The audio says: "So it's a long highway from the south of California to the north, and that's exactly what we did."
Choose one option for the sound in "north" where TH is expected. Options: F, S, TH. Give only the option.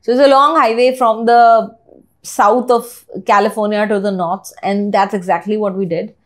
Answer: S